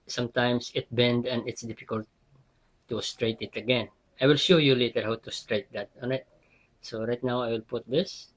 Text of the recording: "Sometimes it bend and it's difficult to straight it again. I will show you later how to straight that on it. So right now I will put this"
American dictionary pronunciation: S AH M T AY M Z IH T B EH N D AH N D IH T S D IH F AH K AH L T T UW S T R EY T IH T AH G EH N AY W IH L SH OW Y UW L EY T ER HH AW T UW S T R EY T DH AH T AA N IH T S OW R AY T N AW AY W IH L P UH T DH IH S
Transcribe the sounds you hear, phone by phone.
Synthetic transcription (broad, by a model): S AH M T AY M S IH T B EH N D AH N D IH T S D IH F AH K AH L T T UW S T R EY T IH T AH G EH N AY W IH L SH OW Y UW L EY T ER HH AW T UW S T R EY T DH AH T AA N IH T S OW R AY T N AW AY W IH L P UH T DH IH S